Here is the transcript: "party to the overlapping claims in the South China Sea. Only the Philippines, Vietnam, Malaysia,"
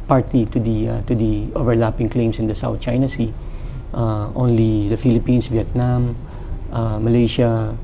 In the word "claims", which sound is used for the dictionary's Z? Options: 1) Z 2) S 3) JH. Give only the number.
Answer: 2